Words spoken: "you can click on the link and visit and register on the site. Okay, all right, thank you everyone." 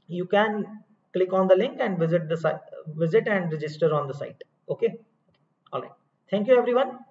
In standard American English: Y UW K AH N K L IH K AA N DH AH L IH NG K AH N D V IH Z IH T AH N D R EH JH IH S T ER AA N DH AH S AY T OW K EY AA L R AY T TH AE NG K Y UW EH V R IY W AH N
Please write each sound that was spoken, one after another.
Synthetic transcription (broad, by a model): Y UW K AH N K L IH K AA N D AH L IH NG K AH N D V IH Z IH T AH N D R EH JH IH S T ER AA N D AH S AY T OW K EY AA L R AY T T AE NG K Y UW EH V R IY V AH N